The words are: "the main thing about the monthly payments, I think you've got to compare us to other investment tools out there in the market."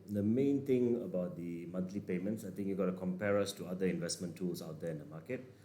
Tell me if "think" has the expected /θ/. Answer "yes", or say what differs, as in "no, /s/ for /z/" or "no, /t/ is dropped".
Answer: no, /t/ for /θ/